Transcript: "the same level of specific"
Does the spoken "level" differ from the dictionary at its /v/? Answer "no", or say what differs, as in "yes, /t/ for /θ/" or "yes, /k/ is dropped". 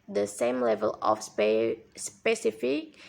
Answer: no